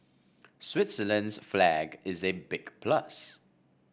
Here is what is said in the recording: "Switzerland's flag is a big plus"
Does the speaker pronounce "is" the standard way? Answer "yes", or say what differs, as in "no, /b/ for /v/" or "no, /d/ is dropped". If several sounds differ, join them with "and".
yes